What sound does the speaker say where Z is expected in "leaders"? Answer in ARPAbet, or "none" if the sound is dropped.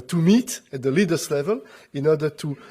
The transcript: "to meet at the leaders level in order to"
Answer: S